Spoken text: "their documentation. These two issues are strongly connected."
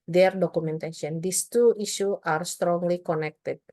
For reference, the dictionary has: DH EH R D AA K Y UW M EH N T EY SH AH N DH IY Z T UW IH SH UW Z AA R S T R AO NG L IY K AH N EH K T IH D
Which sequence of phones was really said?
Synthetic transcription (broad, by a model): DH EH R D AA K UW M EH N T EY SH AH N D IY S T UW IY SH UW AA R S T R AO NG L IY K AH N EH K T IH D